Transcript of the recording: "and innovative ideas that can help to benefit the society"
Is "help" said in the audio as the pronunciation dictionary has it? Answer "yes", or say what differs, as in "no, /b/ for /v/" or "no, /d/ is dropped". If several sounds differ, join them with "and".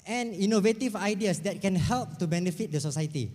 yes